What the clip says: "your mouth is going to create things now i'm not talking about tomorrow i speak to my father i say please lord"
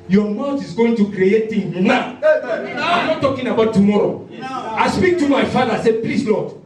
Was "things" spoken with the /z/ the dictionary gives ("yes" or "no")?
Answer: no